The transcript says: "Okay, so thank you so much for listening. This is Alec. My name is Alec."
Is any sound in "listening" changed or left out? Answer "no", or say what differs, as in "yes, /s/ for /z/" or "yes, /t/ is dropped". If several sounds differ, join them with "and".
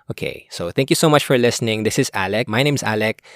no